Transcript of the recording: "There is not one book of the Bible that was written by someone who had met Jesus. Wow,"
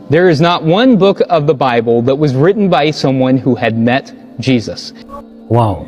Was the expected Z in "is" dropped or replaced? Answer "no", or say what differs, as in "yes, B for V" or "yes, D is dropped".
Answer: no